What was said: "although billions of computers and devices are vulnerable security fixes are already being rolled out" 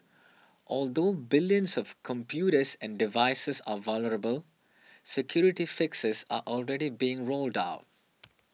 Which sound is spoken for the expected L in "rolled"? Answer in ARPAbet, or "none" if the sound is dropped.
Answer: L